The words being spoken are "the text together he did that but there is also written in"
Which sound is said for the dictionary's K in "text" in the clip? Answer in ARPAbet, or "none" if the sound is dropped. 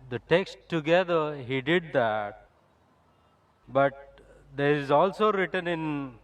K